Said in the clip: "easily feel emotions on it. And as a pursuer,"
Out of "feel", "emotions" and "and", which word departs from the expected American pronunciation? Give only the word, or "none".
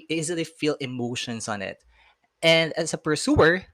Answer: emotions